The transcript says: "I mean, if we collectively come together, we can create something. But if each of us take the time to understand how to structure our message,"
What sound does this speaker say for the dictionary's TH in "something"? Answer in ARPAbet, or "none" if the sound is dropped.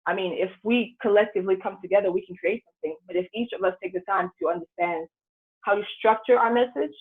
TH